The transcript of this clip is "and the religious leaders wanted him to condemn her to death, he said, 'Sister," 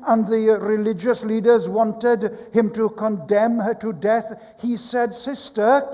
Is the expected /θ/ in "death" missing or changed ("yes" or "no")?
no